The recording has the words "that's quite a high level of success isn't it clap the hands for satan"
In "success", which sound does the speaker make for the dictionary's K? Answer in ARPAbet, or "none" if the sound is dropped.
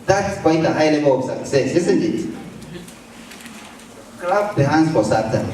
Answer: none